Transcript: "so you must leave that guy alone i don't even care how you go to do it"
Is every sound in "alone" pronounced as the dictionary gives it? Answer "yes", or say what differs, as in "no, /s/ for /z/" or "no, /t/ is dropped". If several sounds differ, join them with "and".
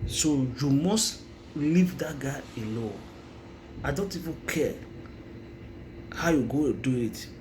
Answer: no, /n/ is dropped